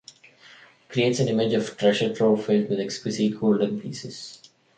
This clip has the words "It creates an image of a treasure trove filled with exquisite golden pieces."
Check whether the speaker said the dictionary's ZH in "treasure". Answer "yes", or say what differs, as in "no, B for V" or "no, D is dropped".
no, SH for ZH